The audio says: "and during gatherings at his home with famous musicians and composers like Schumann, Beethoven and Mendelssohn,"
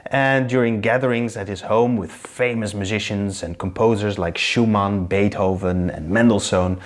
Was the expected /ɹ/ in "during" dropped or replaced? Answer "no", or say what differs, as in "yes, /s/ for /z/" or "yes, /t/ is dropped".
no